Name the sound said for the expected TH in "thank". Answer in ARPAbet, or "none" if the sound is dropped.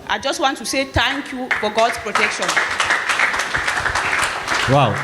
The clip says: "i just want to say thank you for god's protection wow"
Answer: T